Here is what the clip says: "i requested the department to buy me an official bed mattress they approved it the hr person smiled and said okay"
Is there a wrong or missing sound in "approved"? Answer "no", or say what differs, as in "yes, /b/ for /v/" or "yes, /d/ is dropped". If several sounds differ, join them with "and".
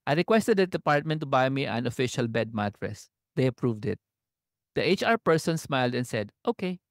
no